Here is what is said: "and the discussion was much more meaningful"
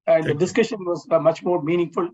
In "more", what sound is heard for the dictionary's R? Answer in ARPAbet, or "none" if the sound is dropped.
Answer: R